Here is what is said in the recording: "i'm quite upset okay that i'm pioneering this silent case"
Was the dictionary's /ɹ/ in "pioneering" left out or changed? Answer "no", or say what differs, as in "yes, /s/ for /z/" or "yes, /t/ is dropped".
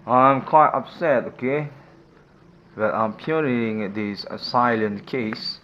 yes, /ɹ/ is dropped